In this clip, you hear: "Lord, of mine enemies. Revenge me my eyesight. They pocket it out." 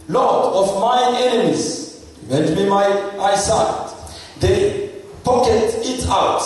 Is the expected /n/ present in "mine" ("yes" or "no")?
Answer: no